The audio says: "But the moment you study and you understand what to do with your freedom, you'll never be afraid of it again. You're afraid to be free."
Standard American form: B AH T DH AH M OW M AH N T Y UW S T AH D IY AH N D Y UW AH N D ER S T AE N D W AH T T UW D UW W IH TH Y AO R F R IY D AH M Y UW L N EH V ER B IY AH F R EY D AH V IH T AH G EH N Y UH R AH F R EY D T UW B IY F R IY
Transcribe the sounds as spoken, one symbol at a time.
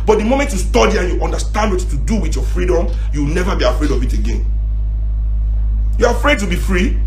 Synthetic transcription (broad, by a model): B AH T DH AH M OW M AH N T Y UW S T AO D IY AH N Y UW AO N D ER S T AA N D W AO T T UW D UW W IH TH Y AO F R IY D AH M Y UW W N EH V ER B IY AH F R EY D AH V IH T AH G EH N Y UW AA AH F R EY D T UW B IY F R IY